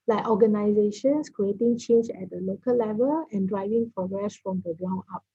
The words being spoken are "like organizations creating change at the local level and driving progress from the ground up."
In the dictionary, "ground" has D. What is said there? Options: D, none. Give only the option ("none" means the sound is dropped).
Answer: none